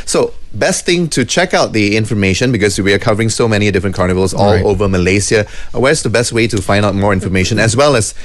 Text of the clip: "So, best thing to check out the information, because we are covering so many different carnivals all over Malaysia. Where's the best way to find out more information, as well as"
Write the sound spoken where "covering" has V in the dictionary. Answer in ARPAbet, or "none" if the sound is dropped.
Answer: V